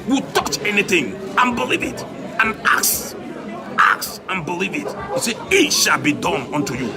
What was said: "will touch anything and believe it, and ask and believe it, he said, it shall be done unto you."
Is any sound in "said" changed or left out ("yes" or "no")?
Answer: yes